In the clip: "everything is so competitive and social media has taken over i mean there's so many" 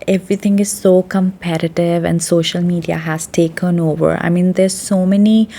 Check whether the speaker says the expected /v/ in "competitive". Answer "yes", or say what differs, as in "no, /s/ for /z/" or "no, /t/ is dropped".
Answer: yes